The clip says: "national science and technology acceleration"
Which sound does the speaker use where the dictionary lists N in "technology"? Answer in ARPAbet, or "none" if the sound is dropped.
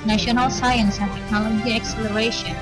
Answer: none